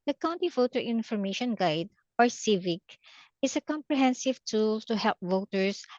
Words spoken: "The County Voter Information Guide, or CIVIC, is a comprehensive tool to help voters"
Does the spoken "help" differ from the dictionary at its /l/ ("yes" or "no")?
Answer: no